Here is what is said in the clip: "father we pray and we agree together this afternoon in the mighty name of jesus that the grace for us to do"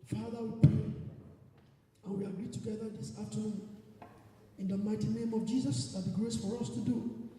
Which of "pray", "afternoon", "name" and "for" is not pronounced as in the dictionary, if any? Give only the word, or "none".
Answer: afternoon